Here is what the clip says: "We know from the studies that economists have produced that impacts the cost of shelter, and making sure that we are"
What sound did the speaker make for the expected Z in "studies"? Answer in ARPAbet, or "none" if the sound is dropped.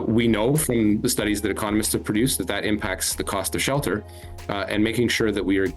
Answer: Z